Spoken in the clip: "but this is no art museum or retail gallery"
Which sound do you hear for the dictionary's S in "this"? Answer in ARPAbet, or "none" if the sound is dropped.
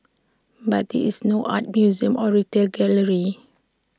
none